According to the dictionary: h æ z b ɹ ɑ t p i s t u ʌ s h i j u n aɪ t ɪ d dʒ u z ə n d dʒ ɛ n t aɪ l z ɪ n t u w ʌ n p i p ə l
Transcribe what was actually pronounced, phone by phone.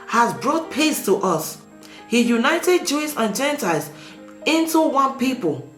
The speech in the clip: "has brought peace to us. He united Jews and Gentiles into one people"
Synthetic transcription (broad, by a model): h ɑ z b ɹ ɑ t p i s t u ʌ s h i j u n aɪ t ɪ d dʒ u s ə n dʒ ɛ n t aɪ l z ɪ n t u w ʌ n p i p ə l